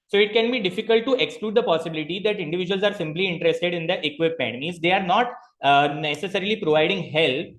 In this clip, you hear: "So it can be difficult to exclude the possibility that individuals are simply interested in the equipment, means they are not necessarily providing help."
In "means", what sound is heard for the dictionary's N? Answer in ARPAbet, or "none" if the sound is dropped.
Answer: none